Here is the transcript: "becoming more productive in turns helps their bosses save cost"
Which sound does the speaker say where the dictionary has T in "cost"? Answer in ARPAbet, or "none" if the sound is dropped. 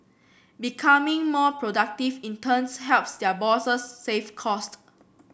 T